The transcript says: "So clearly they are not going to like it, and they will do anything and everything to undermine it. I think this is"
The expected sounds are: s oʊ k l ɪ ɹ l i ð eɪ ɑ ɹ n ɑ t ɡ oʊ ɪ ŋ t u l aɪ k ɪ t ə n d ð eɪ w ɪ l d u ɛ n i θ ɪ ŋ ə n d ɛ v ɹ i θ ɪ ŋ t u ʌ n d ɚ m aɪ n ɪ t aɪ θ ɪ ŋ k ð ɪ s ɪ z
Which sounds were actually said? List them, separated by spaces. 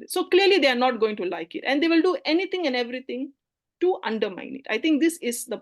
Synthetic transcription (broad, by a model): s oʊ k l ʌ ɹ l i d eɪ ɑ ɹ n ɑ t ɡ oʊ ɪ ŋ t u l aɪ k ɪ t ə n d eɪ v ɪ l d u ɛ n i t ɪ ŋ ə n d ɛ v ɹ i t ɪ ŋ t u ʌ n d ɚ m aɪ n ɪ t aɪ t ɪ ŋ k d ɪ s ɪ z